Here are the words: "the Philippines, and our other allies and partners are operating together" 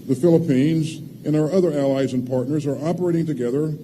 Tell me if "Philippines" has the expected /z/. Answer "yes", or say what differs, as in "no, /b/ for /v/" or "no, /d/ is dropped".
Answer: yes